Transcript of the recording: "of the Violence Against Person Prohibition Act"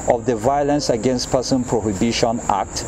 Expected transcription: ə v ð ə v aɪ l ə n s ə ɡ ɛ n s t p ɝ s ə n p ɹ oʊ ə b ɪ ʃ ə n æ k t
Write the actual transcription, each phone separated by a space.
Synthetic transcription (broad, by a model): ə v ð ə v aɪ l ə n s ə ɡ ɛ n s t p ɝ s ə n p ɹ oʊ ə b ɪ ʃ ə n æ k t